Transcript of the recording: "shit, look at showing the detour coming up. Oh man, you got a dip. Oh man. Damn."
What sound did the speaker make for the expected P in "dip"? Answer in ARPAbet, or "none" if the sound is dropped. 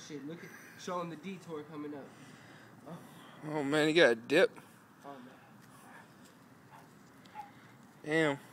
P